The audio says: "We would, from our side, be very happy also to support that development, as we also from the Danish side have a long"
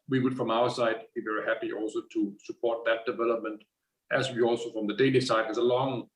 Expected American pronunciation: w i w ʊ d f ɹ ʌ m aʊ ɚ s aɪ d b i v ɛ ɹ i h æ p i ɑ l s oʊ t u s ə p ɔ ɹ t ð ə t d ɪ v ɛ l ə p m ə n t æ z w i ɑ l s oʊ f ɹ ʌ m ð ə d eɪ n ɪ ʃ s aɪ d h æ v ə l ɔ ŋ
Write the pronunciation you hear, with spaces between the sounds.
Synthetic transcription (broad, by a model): w i w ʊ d f ɹ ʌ m aʊ ɚ s aɪ d b i v ɛ ɹ i h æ p i ɑ l s oʊ t u s ə p ɔ ɹ t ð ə t d ɪ v ɛ l ə p m ə n t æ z w i ɑ l s oʊ f ɹ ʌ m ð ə d eɪ l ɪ s aɪ d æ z ə l ɔ ŋ